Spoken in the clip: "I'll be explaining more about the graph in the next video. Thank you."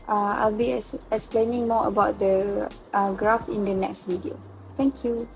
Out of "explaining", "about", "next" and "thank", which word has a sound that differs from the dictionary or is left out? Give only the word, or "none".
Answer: thank